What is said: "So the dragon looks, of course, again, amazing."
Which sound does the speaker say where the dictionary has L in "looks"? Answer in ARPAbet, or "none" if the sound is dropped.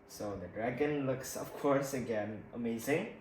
L